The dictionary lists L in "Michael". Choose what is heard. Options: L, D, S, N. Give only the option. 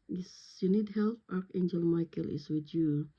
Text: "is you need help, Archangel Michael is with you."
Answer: L